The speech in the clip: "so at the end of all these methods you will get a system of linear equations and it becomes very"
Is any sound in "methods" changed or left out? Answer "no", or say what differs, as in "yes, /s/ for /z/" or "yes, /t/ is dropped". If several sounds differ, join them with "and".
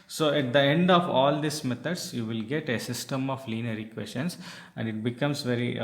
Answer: yes, /t/ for /θ/